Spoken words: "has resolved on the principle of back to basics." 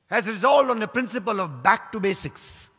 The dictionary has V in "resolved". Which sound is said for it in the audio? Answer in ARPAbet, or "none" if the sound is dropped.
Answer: none